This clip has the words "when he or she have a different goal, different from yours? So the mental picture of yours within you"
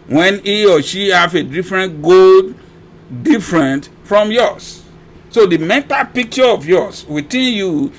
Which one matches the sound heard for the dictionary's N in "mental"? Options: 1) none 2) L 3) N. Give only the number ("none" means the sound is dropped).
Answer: 1